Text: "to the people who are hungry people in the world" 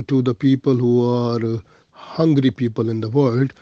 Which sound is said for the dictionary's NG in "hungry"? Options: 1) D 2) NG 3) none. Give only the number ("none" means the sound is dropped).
2